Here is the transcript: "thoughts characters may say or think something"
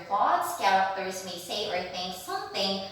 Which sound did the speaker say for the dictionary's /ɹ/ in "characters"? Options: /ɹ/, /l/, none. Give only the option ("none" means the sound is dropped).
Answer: none